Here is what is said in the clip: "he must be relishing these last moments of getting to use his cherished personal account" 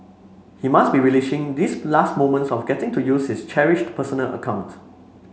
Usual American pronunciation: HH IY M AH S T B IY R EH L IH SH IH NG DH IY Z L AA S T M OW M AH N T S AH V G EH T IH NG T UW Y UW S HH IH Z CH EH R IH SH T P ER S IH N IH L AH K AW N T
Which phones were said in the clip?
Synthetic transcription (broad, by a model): HH IY M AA S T B IY R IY L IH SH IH NG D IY S L AA S T M OW M AH N T S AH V G EH T IH NG T UW Y UW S HH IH S CH EH R IH SH T P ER S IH N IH L AH K AW N T